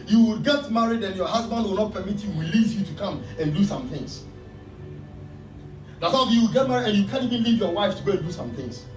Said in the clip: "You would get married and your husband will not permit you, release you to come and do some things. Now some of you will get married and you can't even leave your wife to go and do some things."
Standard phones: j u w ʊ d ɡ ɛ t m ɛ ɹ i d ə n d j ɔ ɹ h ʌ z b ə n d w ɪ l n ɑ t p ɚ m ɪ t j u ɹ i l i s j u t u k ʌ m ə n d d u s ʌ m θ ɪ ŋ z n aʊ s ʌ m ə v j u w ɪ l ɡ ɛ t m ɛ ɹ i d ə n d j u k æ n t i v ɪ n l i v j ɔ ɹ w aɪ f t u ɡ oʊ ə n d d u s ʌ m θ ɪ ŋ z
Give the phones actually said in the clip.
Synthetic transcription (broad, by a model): j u w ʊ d ɡ ɛ t m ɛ ɹ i d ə n j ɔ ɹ h ʌ z b ə n d w ɪ l n ɑ t p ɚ m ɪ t j u w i l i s j u t u k ʌ m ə n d d u s ʌ m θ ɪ ŋ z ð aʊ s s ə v j u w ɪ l ɡ ɛ t m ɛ ɹ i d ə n j u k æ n i v ɪ n l i v j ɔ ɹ w aɪ f t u ɡ oʊ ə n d d u s ʌ m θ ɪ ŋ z